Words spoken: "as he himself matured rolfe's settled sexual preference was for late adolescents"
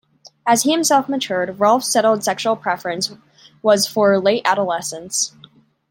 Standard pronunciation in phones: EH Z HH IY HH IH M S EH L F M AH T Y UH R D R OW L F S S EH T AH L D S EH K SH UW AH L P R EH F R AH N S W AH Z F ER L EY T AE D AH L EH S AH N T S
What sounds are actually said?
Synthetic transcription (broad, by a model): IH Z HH IY HH IH M S EH L F M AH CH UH R D R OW L F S S EH T L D S EH K SH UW L P R EH F R AH N S W AH Z F ER L EY T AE D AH L EH S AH N S